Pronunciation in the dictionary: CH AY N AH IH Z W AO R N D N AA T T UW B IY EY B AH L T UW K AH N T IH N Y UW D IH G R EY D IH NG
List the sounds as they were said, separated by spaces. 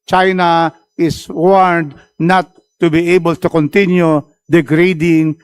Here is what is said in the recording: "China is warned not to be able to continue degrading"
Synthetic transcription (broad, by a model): CH AY N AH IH S W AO R D N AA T T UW B IY EY B AH L T UW K AH N T IH N Y UW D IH G R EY D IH NG